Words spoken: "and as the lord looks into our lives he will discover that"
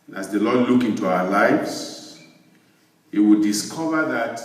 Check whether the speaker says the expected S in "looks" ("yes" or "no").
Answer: no